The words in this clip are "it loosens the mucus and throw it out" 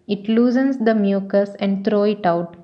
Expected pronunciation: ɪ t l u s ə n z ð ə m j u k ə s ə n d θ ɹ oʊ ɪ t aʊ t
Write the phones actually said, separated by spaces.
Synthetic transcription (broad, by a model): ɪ t l u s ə n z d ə m j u k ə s ə n d t ɹ oʊ ɪ t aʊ t